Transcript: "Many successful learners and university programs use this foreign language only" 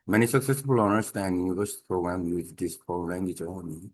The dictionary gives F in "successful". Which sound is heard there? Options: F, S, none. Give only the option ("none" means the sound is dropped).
none